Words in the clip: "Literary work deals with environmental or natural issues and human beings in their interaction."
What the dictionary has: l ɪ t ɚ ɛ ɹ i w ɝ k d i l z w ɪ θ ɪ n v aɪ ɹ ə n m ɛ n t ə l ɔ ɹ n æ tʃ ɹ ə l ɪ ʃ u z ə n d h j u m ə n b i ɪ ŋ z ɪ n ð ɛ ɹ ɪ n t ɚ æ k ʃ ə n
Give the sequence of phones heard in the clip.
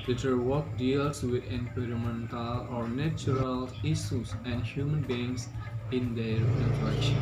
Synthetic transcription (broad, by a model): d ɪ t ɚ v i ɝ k d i l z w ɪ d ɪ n p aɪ ɹ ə m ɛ n t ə l ɔ ɹ n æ tʃ ɹ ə l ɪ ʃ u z ə n d h j u m ə n b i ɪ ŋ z ɪ n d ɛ ɹ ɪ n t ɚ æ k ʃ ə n